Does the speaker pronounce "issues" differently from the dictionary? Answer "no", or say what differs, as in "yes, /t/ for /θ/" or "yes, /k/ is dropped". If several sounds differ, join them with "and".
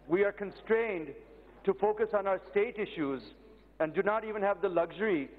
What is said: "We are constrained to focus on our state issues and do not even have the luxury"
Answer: no